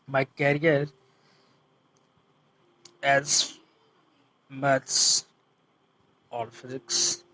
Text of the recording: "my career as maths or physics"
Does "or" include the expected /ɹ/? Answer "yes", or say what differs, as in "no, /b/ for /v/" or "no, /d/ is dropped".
no, /l/ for /ɹ/